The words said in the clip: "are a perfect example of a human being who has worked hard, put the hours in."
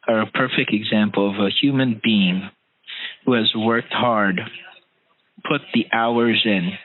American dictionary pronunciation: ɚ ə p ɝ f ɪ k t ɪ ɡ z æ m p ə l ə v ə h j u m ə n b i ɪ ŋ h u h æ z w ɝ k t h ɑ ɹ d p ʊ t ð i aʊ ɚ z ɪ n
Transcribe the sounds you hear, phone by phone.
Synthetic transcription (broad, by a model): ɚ ə p ɝ f ɪ k t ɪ ɡ z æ m p l ə v ə h j u m ə n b i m h u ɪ z w ɝ k t h ɑ ɹ d p ʊ t ð i aʊ ɚ z ɪ n